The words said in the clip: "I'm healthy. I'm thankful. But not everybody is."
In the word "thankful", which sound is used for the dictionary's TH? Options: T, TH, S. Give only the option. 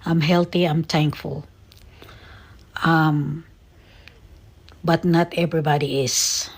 T